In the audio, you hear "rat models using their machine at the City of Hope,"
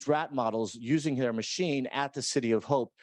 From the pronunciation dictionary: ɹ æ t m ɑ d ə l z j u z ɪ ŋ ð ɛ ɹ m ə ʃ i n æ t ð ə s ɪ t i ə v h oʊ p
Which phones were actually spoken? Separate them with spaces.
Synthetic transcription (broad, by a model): ɹ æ t m ɑ d l z j u z ɪ ŋ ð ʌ ɹ m ə ʃ i n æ t ð ə s ɪ t i ə v h oʊ p